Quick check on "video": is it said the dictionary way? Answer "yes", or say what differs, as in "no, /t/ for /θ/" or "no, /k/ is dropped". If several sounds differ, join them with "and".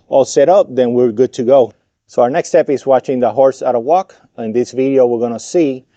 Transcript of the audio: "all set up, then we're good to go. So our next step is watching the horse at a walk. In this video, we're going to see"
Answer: yes